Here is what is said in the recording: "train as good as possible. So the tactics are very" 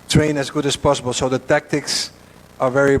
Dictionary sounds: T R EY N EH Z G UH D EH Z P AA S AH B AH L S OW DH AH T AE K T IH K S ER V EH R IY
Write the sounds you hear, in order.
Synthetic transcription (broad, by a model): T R EY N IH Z G UH D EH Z P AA S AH B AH L S OW DH AH T AE K T IH K S ER V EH R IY